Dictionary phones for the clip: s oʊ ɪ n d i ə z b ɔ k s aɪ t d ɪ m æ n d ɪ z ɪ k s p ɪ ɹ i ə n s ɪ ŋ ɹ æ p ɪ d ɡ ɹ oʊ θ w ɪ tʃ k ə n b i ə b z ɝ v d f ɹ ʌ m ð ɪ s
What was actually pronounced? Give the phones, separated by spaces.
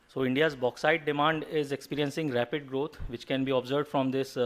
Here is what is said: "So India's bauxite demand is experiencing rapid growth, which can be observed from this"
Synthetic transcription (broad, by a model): s oʊ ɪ n d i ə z b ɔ k s aɪ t d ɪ m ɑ n d ɪ z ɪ k s p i ɹ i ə n s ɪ ŋ ɹ æ p ɪ d ɡ ɹ oʊ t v ɪ tʃ k ə n b i ə b z ɝ v d f ɹ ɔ m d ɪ s